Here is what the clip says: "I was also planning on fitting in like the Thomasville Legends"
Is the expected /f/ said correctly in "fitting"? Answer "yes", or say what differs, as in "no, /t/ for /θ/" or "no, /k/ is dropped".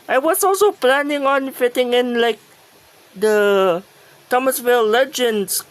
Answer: yes